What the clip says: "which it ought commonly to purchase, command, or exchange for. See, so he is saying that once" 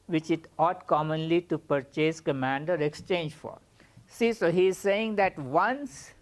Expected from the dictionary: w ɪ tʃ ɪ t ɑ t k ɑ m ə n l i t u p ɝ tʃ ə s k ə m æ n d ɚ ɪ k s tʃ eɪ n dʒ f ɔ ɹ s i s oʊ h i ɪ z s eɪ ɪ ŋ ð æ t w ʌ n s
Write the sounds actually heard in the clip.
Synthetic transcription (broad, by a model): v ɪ tʃ ɪ t ɑ t k ɑ m ə n l i t u p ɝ tʃ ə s k ə m æ n d ɚ ɪ k s tʃ eɪ n dʒ f ɔ ɹ s i s oʊ h i ɪ z s eɪ ɪ ŋ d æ t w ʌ n s